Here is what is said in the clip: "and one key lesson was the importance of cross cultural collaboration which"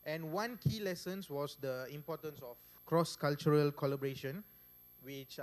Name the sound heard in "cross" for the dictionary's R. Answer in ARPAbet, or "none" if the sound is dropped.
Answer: R